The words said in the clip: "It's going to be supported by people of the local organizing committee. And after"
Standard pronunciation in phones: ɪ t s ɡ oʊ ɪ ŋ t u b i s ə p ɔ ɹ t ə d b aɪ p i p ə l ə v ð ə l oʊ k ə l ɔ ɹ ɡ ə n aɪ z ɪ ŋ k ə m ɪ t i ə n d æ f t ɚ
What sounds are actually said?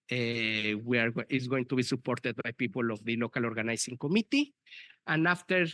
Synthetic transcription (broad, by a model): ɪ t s ɡ oʊ ɪ ŋ t u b i s ə p ɔ ɹ t ə d b aɪ p i p ə l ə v ð ə l oʊ k ə l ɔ ɹ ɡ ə n aɪ s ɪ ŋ k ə m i t i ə n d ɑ f t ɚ